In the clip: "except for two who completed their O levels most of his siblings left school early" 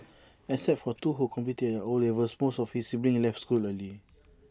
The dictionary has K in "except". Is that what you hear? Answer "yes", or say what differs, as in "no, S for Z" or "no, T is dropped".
no, K is dropped